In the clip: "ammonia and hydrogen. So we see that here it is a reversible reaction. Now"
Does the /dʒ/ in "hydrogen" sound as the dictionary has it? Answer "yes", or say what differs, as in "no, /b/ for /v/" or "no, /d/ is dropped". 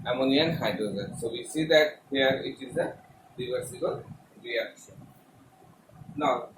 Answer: no, /z/ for /dʒ/